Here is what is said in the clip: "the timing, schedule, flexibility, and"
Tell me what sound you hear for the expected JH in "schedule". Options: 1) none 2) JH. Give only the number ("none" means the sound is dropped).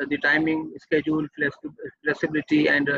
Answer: 2